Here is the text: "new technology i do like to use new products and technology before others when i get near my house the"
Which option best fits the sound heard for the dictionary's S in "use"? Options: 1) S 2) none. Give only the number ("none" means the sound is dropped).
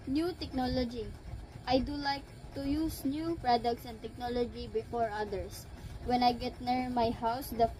1